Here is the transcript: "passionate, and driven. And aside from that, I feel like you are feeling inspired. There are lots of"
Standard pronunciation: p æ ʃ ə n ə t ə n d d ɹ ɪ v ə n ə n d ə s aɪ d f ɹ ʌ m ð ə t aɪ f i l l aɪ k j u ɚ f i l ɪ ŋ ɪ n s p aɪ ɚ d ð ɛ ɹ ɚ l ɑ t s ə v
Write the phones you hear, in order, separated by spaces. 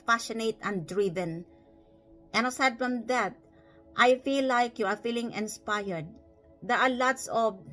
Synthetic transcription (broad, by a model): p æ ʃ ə n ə t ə n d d ɹ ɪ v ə n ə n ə s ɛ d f ɹ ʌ m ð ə t aɪ f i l l aɪ k j u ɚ f i l ɪ ŋ ɪ n s p aɪ ɚ d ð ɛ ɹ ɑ l ɑ t s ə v